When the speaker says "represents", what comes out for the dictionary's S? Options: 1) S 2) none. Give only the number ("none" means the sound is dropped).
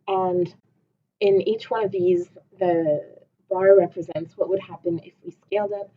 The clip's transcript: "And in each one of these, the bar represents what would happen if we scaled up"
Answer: 1